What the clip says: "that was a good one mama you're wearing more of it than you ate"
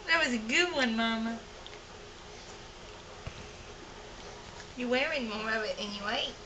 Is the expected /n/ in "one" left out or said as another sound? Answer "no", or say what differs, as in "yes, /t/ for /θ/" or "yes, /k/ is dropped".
no